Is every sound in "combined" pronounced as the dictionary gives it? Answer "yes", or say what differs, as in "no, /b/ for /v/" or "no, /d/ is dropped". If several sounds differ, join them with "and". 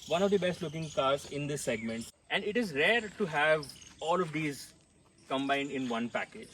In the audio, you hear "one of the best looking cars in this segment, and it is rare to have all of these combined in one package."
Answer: yes